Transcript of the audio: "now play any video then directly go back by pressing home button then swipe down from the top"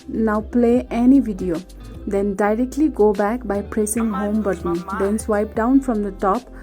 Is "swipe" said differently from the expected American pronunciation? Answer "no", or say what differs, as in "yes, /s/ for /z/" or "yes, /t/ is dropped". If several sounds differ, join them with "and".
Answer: no